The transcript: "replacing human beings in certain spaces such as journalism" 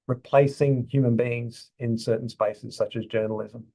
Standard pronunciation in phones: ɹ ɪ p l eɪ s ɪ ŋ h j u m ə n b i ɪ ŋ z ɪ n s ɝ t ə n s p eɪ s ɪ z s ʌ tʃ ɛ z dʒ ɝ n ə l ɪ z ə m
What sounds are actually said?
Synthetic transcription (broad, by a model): ɹ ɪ p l eɪ s ɪ ŋ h j u m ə n b i ɪ ŋ z ɪ n s ɝ t n s p eɪ s ɪ z s ʌ tʃ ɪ z dʒ ɝ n l ɪ z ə m